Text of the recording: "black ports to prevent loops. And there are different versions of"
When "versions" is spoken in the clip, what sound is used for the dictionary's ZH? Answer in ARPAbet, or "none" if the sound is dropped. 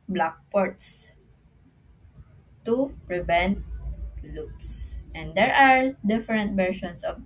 SH